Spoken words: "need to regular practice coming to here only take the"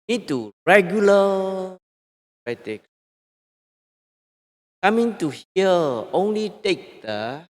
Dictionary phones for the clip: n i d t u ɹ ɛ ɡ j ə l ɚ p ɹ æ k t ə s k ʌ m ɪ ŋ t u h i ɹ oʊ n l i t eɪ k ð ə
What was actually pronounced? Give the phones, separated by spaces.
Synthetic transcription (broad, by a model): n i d t u ɹ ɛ ɡ j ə l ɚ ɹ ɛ t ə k k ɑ m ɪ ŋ t u h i l oʊ n l i t eɪ k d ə